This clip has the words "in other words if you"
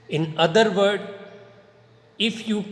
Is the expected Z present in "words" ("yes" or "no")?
no